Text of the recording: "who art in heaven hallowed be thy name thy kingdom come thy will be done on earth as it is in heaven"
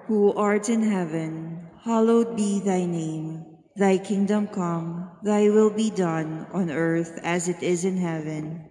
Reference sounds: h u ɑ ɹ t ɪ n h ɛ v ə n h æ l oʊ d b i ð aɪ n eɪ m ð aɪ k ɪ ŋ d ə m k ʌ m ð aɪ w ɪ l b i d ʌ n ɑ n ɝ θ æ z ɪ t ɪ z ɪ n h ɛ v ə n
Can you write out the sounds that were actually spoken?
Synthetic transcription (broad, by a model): h u ɑ ɹ t ɪ n h ɛ v ə n h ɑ l oʊ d b i ð aɪ n eɪ m ð aɪ k ɪ ŋ d ə m k ʌ m ð aɪ w ɪ l b i d ʌ n ɑ n ɝ θ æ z ɪ t ɪ z ɪ n h ɛ v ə n